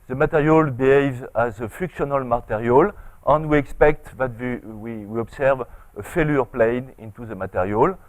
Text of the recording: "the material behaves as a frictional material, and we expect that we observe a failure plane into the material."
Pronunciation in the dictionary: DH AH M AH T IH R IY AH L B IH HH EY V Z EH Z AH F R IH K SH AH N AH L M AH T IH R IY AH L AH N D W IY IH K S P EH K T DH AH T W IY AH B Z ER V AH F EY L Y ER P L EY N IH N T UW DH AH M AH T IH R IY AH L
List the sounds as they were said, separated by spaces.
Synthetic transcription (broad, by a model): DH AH M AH T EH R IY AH L B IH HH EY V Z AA Z AH F IH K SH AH N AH L M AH T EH R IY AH L AH N D W IY IH K S P EH K T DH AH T W IY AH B S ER V AH F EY L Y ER P L EY N IH N T UW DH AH M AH T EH R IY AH L